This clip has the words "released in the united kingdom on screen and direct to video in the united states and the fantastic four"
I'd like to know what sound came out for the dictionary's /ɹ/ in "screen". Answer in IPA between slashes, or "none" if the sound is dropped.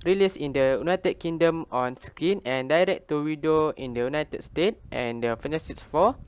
none